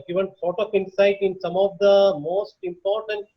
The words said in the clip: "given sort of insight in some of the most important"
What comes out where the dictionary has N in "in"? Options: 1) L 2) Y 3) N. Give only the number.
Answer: 3